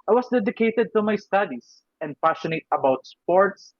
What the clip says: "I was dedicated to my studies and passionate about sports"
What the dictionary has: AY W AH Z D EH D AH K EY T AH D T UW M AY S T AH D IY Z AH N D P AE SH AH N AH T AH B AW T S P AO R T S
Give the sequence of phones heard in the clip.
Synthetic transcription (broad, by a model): AY W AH S D EH D AH K EY T AH D T UW M AY S T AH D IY S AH N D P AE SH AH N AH T AH B AW T S P AO R T S